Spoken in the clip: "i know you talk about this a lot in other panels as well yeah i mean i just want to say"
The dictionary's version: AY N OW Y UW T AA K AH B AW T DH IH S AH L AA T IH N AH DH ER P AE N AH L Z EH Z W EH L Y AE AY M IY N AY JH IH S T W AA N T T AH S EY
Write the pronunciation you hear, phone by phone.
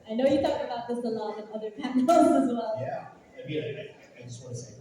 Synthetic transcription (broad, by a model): AY N OW Y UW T AA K AH B AW T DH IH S AH L AA T IH N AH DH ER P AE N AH Z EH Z W EH L Y AE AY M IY L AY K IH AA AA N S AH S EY